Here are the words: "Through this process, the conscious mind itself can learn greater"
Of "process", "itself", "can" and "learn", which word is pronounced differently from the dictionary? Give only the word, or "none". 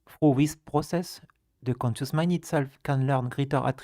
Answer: none